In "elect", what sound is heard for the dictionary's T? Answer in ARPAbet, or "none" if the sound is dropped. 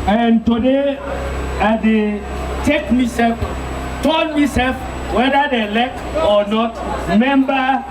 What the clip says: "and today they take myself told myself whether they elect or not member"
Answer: none